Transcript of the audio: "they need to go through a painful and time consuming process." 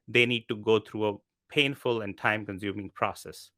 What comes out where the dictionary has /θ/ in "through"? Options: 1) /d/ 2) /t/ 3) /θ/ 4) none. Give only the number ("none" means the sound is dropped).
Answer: 2